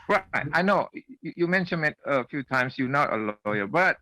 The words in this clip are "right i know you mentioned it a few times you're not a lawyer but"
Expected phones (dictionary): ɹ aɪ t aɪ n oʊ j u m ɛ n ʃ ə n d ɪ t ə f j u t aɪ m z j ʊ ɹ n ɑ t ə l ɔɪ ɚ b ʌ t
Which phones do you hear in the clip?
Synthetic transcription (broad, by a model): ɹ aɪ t aɪ n oʊ j u m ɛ n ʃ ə n ɪ t ə f j u t aɪ m s j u n ɑ t ə l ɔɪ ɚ b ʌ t